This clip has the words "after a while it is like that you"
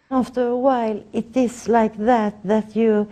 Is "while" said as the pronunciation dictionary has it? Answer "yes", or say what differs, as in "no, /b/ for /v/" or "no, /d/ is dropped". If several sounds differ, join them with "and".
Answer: yes